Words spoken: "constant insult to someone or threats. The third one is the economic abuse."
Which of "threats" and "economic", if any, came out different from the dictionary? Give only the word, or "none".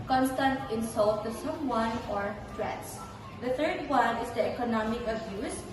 threats